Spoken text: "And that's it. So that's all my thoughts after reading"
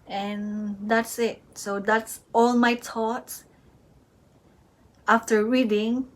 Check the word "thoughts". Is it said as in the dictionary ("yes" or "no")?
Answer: no